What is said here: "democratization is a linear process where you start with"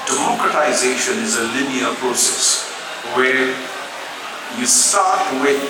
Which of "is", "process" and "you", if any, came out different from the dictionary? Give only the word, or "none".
none